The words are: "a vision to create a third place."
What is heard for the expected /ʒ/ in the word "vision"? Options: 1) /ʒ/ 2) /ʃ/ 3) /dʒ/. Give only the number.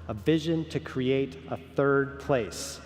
1